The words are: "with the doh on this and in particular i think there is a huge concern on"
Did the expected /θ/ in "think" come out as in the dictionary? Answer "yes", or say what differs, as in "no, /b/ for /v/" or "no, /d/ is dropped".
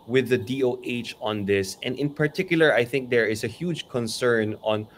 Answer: yes